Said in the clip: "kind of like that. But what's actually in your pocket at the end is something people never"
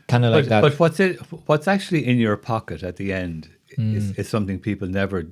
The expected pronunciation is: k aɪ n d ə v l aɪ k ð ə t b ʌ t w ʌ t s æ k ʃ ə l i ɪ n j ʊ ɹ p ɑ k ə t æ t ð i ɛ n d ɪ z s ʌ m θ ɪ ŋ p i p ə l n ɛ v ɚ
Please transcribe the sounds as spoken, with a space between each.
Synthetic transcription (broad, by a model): k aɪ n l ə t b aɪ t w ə t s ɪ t w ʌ t s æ k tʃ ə l i ɪ n j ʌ ɹ p ɑ k ə t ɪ t ð i ɛ n d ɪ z s ʌ m θ ɪ ŋ p i p l n ɛ v ɚ